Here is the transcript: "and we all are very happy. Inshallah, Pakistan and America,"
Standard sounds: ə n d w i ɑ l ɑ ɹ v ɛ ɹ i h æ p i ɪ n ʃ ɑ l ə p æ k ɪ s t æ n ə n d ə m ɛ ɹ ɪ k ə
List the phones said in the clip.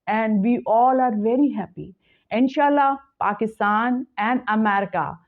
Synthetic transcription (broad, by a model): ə n d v i ɑ l ɑ ɹ v ɛ ɹ i h æ p i ɪ n ʃ ɑ l ə p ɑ k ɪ s t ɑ n ə n d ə m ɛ ɹ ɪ k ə